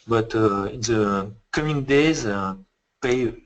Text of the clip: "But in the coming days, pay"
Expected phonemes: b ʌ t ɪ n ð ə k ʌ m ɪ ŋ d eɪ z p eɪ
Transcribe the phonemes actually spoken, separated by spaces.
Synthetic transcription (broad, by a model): b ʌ t ɪ n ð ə k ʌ m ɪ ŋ d eɪ z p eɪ